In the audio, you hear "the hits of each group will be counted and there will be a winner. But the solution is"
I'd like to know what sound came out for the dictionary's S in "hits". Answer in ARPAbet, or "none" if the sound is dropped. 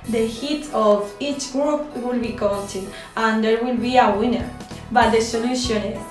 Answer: none